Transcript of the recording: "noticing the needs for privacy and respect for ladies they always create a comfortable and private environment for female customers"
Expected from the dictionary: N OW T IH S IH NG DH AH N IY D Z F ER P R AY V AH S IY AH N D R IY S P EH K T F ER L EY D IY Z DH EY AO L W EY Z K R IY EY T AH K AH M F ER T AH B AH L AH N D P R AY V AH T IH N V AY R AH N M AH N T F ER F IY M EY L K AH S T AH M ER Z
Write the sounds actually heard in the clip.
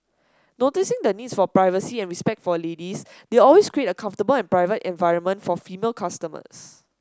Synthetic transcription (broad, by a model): N OW T IH S IH NG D AH N IY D S F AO P R AY V AH S IY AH N R IY S P EH K T F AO L EY D IY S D EY AO L W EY S K R IY EY T AH K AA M F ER T AH B AH L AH N P R AY V AH T IH N V AY R AH N M AH N T F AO F IY M EY L K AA S T AH M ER S